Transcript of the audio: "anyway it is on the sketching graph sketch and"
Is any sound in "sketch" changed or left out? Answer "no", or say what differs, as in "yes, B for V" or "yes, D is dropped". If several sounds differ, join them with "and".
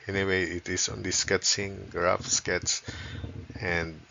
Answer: yes, S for CH